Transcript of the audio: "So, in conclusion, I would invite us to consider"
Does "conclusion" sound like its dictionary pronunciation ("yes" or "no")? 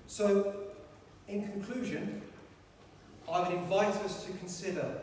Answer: yes